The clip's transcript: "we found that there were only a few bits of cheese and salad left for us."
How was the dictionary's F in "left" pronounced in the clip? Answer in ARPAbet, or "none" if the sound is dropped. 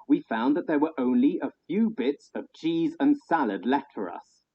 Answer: none